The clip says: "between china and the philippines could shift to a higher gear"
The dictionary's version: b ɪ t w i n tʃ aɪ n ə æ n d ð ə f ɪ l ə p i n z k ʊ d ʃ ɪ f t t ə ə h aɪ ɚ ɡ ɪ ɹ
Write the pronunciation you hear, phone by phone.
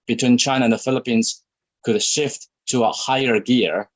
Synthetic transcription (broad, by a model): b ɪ t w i n tʃ aɪ n ə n ð ə f ɪ l ə p i n z k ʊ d ʃ ɪ f t t ə ə h aɪ ɚ ɡ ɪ ɹ